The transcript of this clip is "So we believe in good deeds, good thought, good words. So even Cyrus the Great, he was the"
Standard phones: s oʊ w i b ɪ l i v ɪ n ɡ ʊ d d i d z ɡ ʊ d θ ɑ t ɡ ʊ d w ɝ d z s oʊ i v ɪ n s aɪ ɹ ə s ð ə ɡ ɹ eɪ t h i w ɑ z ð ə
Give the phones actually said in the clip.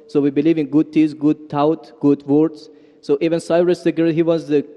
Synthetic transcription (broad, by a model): s oʊ w i b ɪ l i v ɪ n ɡ ʊ d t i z ɡ ʊ d t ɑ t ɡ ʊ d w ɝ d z s oʊ i v ɪ n s aɪ ɹ ə s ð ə ɡ eɪ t h i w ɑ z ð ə